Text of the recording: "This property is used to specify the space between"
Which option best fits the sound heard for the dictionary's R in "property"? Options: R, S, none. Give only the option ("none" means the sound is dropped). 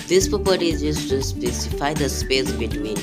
none